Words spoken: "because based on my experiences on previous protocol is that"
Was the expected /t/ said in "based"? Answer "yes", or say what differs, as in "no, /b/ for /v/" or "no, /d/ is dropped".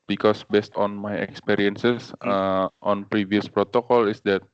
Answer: yes